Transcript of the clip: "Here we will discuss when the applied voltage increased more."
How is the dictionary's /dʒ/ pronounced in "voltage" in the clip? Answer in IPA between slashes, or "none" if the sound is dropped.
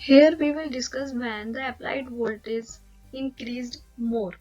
/z/